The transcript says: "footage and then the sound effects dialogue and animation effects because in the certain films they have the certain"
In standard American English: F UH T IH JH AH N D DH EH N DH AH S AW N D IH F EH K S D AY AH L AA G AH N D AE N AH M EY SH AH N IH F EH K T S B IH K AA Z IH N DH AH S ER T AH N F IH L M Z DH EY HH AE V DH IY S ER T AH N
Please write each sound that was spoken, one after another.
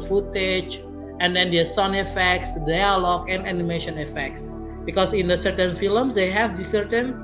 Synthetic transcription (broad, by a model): F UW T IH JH AH N D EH N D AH S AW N IH F EH K S D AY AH L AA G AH N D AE N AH M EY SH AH N IH F EH K T S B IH K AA S IH N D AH S ER T AH N F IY L M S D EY HH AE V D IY S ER T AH N